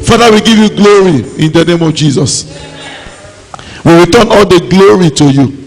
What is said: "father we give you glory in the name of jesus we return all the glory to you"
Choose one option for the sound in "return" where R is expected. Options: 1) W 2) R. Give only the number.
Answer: 1